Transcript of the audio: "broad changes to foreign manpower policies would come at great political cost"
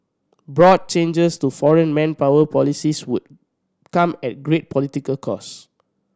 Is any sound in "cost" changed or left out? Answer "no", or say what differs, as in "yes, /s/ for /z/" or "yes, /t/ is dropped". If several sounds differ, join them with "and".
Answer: yes, /t/ is dropped